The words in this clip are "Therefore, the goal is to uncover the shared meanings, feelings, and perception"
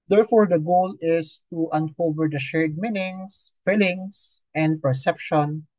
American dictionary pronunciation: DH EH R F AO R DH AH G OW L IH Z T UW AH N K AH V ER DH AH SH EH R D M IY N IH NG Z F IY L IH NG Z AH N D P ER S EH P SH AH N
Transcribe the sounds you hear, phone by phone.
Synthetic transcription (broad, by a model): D EH R F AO R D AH G OW L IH S T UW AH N K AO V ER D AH SH EH R D M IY N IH NG S F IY L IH NG S AH N D P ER S EH P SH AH N